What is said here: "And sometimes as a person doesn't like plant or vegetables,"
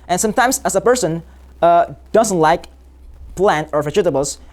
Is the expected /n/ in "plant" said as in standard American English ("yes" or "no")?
yes